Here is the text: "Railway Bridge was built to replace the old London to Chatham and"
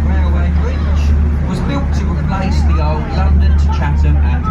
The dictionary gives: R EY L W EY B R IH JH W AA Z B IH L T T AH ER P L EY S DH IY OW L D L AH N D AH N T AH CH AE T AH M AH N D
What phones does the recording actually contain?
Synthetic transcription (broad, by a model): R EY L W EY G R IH SH W AA Z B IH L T T AH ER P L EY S DH IY OW L D L AH N D AH N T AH CH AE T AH AH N